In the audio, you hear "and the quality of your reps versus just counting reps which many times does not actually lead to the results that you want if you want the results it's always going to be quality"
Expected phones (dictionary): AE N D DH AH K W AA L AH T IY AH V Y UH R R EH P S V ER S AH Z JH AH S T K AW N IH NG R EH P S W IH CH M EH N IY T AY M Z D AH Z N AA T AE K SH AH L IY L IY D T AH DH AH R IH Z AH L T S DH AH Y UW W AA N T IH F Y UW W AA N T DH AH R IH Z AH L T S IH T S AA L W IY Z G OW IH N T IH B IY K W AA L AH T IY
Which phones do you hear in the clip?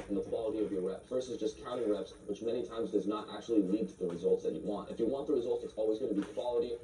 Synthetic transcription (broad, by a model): N DH AH K W AA L AH T IY AH V Y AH R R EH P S V ER S AH Z JH AH S K AW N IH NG R EH P S W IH CH M EH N IY T AY M Z D AH Z N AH T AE K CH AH L IY L IY D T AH DH AH R IH Z AH L T S DH AH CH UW W AA N T IH F Y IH W AA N DH AH R IH Z AH L T S IH T S AA L W IY Z G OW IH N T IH B IY K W AA L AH T IY